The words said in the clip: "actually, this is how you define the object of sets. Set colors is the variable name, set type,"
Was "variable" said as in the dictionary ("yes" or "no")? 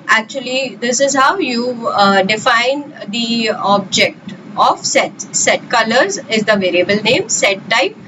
yes